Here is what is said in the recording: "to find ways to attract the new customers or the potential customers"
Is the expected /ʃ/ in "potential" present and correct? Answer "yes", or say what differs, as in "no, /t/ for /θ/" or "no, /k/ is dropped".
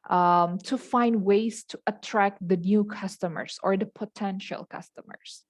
yes